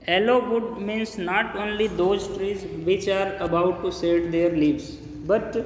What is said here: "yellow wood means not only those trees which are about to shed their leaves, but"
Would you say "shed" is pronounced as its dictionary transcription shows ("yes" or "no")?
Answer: no